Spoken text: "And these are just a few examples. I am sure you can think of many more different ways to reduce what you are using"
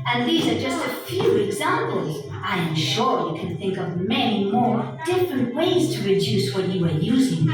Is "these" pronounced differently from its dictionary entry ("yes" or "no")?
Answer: no